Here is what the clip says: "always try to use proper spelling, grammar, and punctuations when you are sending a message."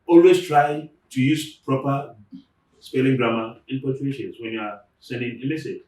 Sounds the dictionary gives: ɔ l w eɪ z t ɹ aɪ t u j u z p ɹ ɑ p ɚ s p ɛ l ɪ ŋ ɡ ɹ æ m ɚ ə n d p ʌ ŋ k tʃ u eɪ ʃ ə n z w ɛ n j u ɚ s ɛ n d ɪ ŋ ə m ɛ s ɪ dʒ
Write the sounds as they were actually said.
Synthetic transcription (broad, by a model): ɔ l w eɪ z t ɹ aɪ t u j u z p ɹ ɑ p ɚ s p ɛ l ɪ ŋ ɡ ɹ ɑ m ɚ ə n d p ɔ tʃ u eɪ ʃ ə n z w ɛ n j u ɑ s ɛ n d ɪ ŋ ə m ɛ s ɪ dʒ